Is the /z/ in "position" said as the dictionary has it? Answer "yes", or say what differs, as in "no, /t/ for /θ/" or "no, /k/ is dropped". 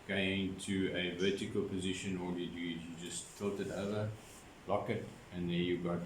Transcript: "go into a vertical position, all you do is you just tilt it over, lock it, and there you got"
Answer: yes